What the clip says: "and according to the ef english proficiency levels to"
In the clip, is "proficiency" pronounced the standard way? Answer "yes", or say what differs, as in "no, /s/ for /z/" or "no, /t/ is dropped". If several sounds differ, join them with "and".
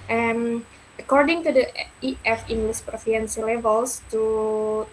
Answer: no, /ʃ/ is dropped